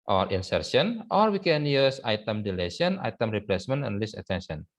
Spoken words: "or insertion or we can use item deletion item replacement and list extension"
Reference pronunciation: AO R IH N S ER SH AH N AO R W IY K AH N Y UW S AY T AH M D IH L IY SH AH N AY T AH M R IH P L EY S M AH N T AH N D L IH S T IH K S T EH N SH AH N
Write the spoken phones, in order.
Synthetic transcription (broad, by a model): AO R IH N S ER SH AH N AO R W IY K AH N Y UW S AY T AH M D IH L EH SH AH N AY T AH M R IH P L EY S M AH N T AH N L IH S IH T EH N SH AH N